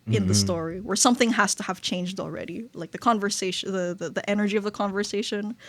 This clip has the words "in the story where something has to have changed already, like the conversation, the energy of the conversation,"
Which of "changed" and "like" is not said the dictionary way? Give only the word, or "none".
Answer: none